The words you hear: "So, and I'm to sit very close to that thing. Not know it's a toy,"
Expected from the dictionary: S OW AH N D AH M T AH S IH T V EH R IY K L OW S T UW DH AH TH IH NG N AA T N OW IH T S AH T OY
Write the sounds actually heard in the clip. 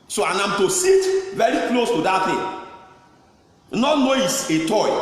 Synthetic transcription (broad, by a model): S OW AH N AH M T AH S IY T V EH R IY K L OW S T UW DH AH T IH N AA T N OW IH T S AH T OY